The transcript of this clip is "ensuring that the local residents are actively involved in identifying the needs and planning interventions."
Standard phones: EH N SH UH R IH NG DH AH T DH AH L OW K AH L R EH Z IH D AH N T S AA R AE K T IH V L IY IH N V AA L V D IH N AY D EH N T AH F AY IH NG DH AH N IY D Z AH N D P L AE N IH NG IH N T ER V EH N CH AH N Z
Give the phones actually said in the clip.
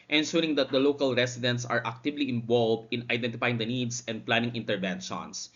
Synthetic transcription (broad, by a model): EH N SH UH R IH NG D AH T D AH L OW K AH L R EH S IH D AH N T S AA R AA K T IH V L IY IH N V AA L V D IH N AY D EH N T AH F AY IH NG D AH N IY D S AH N D P L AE N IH NG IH N T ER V EH N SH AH N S